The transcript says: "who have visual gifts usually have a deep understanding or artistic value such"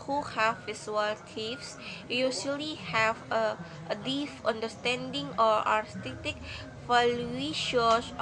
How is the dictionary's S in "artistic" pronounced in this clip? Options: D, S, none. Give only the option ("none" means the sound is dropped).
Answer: none